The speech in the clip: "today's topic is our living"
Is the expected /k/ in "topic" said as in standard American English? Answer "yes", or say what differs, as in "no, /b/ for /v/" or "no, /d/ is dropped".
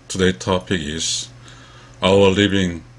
yes